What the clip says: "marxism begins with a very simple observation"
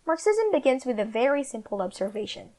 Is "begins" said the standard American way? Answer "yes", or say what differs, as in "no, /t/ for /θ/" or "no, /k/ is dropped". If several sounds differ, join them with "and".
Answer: yes